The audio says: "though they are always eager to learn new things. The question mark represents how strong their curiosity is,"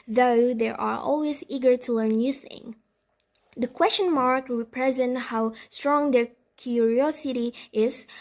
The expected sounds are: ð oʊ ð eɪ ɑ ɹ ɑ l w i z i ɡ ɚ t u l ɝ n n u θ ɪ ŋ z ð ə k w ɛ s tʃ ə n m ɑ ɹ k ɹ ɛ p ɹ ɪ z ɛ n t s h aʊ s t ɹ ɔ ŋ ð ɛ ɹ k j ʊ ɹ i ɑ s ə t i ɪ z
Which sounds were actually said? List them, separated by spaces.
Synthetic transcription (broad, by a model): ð oʊ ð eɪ ɑ ɹ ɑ l w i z i ɡ ɚ t u l ɝ n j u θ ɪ ŋ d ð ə k w ɛ s tʃ ə n m ɑ ɹ k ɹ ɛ p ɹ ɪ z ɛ n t h aʊ s t ɹ ɔ ŋ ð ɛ ɹ k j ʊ ɹ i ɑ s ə t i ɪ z